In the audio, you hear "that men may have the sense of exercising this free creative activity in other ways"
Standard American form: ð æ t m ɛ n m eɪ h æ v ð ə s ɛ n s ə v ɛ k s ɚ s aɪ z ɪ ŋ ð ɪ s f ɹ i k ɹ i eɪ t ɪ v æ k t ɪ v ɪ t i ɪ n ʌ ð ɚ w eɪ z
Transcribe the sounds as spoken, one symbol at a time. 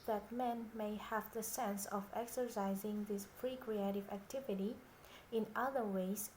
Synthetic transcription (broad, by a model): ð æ t m ɛ n m eɪ h æ v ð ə s ɛ n s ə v ɛ k s ɚ s aɪ z ɪ ŋ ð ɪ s p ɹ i k ɹ i eɪ t ɪ v æ k t ɪ v ɪ t i ɪ n ʌ ð ɚ w eɪ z